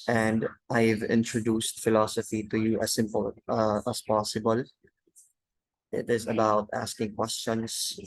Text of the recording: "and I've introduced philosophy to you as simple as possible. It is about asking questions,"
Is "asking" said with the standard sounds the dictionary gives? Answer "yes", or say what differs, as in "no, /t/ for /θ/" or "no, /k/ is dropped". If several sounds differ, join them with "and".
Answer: yes